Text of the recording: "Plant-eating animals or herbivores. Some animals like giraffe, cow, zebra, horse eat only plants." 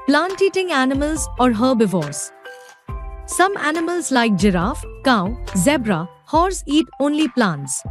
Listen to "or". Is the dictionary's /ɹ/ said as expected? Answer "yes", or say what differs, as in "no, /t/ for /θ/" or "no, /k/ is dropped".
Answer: yes